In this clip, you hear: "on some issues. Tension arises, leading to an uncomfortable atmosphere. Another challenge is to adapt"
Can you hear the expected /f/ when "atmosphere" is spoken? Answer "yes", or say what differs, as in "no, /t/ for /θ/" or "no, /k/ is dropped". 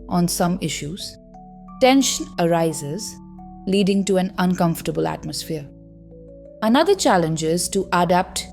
yes